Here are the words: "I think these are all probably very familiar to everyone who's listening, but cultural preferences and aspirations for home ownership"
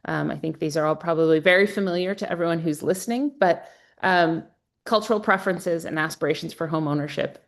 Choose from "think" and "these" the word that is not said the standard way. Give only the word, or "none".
none